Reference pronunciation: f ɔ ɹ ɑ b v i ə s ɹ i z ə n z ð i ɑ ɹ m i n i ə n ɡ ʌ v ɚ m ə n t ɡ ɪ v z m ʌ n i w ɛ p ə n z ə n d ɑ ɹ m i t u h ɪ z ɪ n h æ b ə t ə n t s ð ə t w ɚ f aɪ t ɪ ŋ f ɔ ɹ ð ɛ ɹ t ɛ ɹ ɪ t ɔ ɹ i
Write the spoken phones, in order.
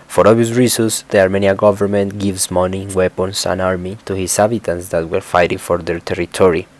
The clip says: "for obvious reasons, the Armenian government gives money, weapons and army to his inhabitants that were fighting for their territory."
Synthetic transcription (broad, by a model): f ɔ ɹ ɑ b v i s ɹ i s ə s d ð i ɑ ɹ m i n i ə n ɡ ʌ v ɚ m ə n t ɡ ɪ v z m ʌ n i w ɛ p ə n s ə n ɑ ɹ m i t u h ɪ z h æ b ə t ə n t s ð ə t w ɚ f aɪ t ɪ ŋ f ɔ ɹ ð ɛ ɹ t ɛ ɹ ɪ t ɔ ɹ i